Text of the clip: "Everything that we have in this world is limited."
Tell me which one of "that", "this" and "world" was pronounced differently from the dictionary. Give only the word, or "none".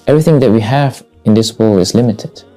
world